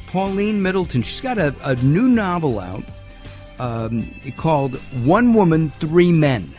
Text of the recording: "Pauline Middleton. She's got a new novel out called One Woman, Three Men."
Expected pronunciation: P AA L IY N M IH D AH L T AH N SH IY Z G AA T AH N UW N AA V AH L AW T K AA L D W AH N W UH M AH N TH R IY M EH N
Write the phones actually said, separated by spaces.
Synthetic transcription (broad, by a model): P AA L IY N M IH D L T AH N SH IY S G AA T AH N UW N AA V L AW T K AA L D W AH N W UH M AH N TH R IY M EH N